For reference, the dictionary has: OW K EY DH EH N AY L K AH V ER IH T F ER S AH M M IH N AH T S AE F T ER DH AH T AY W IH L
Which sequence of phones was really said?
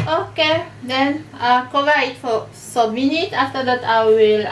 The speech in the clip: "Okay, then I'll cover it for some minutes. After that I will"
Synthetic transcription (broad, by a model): OW K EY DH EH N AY K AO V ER IH T F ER S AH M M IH N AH T AE F T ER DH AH T AY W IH L